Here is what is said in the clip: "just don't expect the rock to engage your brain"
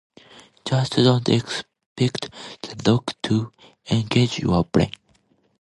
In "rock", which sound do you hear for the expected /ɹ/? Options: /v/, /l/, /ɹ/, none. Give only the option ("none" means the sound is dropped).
/l/